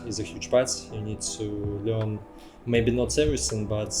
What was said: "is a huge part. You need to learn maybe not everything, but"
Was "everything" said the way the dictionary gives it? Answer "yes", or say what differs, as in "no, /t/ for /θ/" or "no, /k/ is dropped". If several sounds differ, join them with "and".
no, /s/ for /θ/